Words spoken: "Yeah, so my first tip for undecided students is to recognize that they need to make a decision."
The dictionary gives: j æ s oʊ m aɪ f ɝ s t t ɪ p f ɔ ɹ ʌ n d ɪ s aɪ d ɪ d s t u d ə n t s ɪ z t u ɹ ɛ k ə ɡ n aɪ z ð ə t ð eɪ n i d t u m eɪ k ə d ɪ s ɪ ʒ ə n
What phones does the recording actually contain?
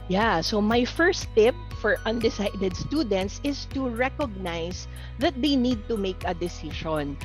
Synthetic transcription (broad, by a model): j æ s oʊ m aɪ f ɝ s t t ɪ p f ɔ ɹ ʌ n d ɪ s aɪ d ɪ d s t u d ə n t s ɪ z t u ɹ ɛ k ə ɡ n aɪ s ð ə t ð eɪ n i d t u m eɪ k ə d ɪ s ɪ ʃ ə n